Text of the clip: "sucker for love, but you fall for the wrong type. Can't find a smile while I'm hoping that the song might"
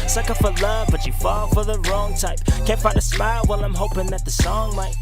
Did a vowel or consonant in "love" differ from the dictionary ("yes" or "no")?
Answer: no